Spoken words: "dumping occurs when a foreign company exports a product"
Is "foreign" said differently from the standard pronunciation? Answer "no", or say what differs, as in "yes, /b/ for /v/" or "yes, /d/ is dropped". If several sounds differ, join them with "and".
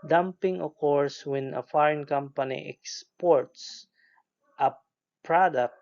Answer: no